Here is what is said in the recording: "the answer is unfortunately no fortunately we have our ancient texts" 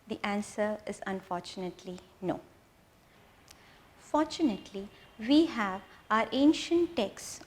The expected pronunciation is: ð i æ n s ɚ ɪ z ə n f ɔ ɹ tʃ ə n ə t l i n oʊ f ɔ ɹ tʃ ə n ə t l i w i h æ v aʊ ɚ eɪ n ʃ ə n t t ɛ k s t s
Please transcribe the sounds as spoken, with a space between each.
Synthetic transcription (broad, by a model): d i æ n s ɚ ɪ z ə n f ɔ ɹ tʃ ə n ə t l i n oʊ f ɔ ɹ tʃ ə n ə t l i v i h æ v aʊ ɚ eɪ n ʃ ə n t t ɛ k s s